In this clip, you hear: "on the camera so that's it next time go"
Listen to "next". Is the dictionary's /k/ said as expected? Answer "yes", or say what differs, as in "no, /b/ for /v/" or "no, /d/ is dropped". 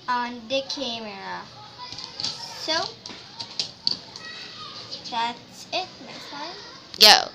no, /k/ is dropped